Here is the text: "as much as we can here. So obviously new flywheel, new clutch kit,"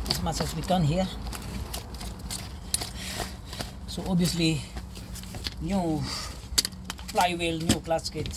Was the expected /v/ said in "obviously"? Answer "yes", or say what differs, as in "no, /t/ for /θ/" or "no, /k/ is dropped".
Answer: no, /v/ is dropped